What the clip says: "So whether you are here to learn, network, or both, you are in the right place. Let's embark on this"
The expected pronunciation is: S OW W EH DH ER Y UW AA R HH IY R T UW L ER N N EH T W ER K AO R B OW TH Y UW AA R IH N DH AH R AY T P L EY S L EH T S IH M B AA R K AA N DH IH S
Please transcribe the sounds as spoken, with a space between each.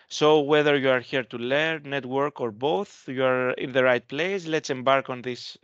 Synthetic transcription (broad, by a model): S OW W EH DH ER Y UW AA R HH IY R T UW L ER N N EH T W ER K AO R B OW TH Y UW AA R IH N DH AH R AY T P L EY S L EH T S IH M B AA R K AA N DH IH S